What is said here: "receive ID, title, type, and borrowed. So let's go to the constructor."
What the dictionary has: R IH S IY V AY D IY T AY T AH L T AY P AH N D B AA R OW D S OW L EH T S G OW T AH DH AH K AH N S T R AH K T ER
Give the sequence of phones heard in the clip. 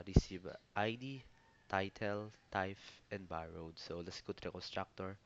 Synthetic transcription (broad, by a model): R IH S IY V AY D IY T AY T AH L T AY F AH N D B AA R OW D S OW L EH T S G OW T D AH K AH N S T R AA K T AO